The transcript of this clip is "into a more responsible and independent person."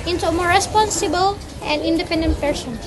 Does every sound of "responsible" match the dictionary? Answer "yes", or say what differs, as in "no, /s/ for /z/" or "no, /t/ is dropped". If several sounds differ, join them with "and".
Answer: yes